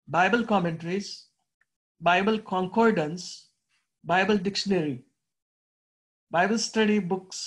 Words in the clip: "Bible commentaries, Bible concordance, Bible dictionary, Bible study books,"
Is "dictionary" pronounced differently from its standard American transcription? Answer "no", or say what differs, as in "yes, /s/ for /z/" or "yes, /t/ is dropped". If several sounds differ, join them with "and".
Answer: no